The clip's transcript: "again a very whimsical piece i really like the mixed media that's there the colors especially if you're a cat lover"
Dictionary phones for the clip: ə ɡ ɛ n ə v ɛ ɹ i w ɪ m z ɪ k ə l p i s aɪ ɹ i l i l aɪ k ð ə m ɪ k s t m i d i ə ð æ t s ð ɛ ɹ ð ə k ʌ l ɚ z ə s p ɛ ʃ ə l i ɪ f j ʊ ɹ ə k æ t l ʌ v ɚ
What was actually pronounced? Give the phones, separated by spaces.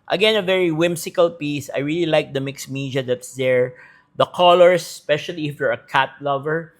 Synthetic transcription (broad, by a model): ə ɡ ɛ n ə v ɛ ɹ i w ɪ m s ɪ k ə l p i s aɪ ɹ i l i l aɪ k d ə m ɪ k s m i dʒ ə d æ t s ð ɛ ɹ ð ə k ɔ l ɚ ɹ s p ɛ ʃ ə l i ɪ f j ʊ ɹ ə k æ t l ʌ v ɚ